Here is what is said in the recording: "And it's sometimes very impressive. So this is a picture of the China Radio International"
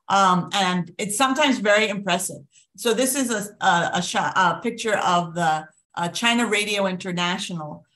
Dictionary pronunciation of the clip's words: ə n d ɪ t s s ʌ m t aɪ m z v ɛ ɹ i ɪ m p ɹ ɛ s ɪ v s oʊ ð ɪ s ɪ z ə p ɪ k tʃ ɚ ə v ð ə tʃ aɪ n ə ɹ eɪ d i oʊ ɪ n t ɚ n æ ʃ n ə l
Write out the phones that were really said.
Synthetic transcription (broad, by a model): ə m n ɪ t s s ʌ m t aɪ m z v ɛ ɹ i ɪ m p ɹ ɛ s ɪ v s oʊ ð ɪ s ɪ z ə p ɪ k tʃ ɚ ə v ð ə tʃ aɪ n ə ɹ eɪ d i oʊ ɪ n t ɚ n æ ʃ n l